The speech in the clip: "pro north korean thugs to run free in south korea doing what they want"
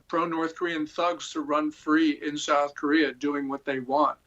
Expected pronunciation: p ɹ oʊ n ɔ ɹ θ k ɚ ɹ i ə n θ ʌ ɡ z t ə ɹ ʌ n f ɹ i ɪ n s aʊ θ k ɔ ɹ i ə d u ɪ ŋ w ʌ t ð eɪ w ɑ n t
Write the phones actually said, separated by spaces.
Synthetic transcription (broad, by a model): p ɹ oʊ n ɔ ɹ θ k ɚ ɹ i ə n θ ʌ ɡ z t ə ɹ ʌ n f ɹ i ɪ n s aʊ θ k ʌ ɹ i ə d u ɪ ŋ w ʌ t ð eɪ w ɑ n t